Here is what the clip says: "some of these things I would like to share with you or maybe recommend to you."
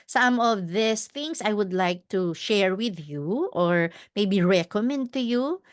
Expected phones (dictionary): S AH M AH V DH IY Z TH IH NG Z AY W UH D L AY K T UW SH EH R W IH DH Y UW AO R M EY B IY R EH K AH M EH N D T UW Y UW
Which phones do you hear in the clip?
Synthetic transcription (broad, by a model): S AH M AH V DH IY S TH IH NG S AY W UH D L AY K T UW SH EH R W IH DH Y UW AO R M EY B IY R EH K AH M EH N D T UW Y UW